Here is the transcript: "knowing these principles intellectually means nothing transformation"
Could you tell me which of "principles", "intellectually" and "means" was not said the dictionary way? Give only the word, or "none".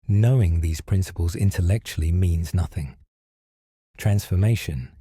none